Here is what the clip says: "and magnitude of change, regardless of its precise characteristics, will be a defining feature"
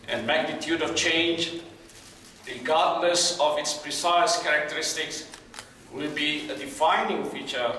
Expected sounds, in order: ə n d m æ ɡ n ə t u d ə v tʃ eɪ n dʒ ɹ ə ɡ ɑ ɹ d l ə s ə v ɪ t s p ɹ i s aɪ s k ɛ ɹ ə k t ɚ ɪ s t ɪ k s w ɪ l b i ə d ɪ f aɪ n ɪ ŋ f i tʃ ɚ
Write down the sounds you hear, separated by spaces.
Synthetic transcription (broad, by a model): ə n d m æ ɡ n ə t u d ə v tʃ eɪ n dʒ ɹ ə ɡ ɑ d n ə s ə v ɪ t s p ɹ i s aɪ s k ɛ ɹ ə k t ɚ ɪ s t ɪ k s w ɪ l b i ə d ɪ f aɪ n ɪ ŋ f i tʃ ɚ